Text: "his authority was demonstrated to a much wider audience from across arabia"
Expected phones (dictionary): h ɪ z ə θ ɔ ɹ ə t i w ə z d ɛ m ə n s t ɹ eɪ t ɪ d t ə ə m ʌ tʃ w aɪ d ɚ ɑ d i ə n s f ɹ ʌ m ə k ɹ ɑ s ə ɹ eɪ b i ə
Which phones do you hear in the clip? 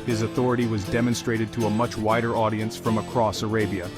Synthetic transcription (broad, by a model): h ɪ z ə θ ɔ ɹ ə t i w ə z d ɛ m ə n s t ɹ eɪ t ɪ d t ə ə m ʌ tʃ w aɪ d ɚ ɑ d i ə n s f ɹ ʌ m ə k ɹ ɑ s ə ɹ eɪ b i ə